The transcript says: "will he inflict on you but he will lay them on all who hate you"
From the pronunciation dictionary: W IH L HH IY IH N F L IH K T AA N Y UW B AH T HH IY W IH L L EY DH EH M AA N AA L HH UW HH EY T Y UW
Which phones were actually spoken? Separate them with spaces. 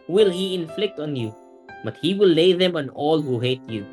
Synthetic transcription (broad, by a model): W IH L HH IY IH N F L IH K T AA N Y UW B AH T HH IY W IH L L EY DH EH M AA N AA L HH UW HH EY T Y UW